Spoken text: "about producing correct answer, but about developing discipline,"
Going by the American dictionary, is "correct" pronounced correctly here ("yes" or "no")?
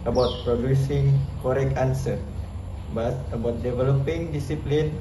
no